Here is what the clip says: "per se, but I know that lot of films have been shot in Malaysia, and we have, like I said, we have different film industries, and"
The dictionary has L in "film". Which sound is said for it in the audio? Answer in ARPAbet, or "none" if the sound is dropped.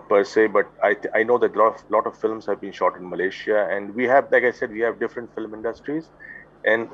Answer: L